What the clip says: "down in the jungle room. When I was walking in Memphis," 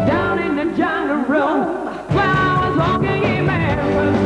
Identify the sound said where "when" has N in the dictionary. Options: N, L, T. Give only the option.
L